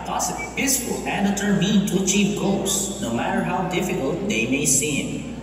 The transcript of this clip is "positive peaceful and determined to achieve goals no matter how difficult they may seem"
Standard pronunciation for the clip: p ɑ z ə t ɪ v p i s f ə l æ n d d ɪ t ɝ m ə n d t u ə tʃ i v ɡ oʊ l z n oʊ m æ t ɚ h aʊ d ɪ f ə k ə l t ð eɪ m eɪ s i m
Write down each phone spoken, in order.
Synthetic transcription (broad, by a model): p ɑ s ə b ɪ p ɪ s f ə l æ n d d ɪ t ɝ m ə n t u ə tʃ i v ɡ oʊ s n oʊ m æ t ɚ h aʊ d ɪ f ə k ə l t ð eɪ m eɪ s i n